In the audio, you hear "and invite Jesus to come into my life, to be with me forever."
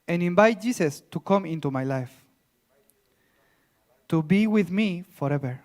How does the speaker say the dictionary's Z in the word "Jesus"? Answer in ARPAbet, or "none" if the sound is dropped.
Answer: S